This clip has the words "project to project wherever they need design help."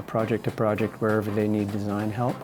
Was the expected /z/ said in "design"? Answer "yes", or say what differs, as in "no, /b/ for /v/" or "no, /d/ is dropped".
yes